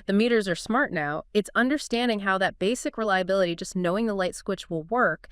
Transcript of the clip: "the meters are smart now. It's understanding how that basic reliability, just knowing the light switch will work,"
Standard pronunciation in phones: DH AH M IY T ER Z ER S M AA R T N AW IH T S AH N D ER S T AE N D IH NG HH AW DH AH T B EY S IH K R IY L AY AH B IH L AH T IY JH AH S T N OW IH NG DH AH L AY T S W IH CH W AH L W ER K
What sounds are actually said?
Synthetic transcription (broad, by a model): DH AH M IY T ER Z ER S M AA R T N AW IH T S AH N D ER S T AE N D IH NG HH AW DH AH T B EY S IH K R IY L AY AH B IH L AH T IY JH AH S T N OW IH NG DH AH L AY T S W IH CH W AH L W ER K